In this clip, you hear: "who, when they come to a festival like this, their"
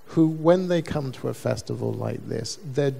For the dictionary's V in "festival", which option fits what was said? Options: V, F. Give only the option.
V